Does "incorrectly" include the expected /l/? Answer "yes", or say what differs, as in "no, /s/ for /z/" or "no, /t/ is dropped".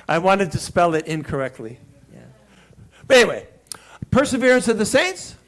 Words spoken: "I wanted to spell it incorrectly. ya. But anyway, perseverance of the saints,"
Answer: yes